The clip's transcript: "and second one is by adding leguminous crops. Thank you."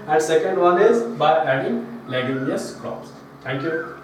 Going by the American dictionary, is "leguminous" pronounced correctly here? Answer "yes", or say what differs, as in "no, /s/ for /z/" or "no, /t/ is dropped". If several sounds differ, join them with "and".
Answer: no, /n/ is dropped